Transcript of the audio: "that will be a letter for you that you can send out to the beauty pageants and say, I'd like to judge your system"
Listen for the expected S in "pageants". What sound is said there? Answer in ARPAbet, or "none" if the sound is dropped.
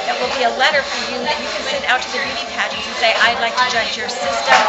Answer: none